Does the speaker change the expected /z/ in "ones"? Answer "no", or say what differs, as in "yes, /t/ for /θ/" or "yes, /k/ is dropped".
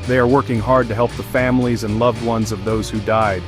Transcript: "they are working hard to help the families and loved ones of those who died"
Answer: no